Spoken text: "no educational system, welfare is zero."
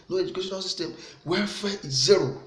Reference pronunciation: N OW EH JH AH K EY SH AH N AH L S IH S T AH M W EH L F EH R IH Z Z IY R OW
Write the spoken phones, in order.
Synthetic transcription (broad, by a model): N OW EH JH AH K EY SH AH N AH L S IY S T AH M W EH F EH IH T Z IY R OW